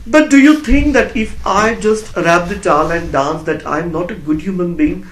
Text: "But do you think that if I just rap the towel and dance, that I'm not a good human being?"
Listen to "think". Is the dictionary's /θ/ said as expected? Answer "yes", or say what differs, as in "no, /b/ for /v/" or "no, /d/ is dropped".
no, /t/ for /θ/